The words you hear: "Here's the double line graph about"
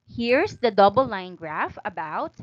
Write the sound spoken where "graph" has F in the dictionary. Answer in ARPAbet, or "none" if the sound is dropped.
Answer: F